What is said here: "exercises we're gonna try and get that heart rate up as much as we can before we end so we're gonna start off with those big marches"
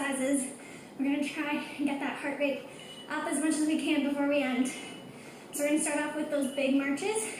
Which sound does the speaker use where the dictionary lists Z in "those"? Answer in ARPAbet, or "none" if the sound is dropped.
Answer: Z